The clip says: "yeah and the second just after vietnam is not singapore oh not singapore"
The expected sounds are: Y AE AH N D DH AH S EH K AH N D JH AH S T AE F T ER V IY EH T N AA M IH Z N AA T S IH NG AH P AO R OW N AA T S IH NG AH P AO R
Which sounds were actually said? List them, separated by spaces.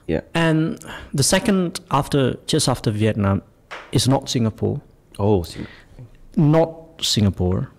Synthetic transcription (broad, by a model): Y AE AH N DH AH S EH K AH N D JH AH S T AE F T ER V IY EH T N AA M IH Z N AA T S IH NG AH P AO R OW N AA T S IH NG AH P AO R